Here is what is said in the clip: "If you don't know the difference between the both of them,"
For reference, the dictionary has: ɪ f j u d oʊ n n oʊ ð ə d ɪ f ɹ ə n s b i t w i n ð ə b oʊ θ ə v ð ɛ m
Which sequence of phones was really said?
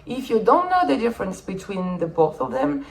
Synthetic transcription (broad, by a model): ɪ f j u d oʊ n n oʊ ð ə d ɪ f ɹ ə n s b i t w i n ð ə b oʊ θ ə v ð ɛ m